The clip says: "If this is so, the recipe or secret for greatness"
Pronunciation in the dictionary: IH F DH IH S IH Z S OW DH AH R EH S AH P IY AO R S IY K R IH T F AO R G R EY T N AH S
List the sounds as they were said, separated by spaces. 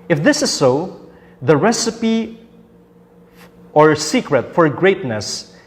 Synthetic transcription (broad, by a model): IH F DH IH S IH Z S OW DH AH R EH S AH P IY AO R S IY K R IH T F AO R G R EY T N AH S